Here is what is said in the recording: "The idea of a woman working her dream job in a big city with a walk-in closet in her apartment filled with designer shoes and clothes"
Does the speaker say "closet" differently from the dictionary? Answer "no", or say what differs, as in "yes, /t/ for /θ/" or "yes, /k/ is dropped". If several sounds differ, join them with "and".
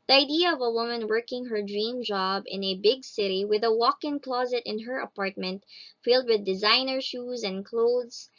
no